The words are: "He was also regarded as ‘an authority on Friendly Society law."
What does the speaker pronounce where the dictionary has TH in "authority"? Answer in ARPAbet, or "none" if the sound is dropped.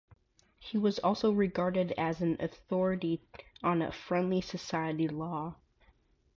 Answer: TH